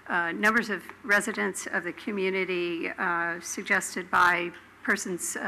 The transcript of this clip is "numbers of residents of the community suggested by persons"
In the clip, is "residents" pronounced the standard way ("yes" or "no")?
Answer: yes